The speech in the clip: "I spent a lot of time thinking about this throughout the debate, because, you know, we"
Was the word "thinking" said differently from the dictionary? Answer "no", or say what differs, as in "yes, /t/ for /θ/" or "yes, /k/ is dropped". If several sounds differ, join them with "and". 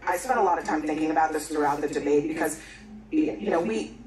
no